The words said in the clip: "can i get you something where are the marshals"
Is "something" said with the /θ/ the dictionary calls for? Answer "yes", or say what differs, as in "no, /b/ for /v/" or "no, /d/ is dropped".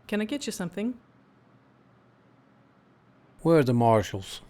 yes